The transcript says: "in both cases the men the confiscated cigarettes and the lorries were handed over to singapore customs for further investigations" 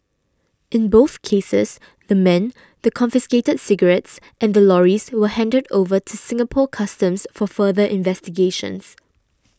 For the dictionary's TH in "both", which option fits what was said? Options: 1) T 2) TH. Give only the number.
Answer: 2